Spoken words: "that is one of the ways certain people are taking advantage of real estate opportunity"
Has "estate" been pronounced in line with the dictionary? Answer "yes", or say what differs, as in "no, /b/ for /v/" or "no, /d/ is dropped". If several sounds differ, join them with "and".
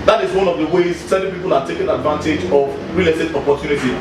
no, /s/ is dropped